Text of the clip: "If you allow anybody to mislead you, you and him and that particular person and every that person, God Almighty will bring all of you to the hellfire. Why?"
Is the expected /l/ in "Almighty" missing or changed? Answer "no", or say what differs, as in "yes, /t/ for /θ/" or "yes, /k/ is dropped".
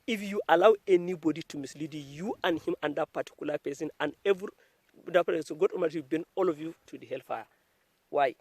yes, /l/ is dropped